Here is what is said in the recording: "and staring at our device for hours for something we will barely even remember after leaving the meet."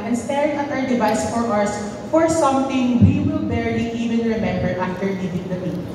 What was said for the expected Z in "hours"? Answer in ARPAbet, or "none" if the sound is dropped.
S